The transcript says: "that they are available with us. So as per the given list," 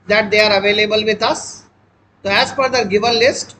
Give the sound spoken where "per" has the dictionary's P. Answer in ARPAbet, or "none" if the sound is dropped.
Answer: F